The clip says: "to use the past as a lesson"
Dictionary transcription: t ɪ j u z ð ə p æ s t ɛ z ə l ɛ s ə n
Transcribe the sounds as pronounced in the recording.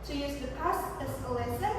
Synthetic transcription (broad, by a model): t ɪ j u z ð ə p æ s ɛ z ə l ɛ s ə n